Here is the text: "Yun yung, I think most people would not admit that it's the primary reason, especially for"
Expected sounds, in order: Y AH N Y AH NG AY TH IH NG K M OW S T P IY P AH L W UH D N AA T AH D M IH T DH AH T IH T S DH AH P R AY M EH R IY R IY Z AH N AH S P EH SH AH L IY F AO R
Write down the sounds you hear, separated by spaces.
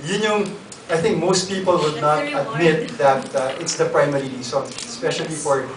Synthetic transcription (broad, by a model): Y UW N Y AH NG AY TH IH NG K M OW S T P IY P AH L W UH D N AA T AH D M IH T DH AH T IH T S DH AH P R AY M EH R IY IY S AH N S P EH SH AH L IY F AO R